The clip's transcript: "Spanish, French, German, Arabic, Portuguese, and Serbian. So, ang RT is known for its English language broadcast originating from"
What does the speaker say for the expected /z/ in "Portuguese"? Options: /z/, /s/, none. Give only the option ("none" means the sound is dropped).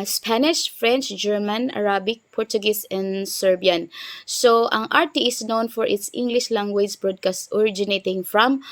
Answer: /s/